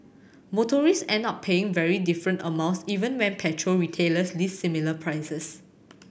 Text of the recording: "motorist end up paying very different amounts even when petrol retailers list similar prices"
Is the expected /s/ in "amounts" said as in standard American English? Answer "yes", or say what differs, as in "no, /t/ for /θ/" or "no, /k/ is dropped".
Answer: yes